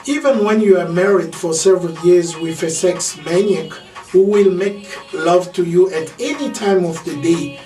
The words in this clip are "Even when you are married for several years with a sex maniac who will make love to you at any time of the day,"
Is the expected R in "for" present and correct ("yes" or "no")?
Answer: yes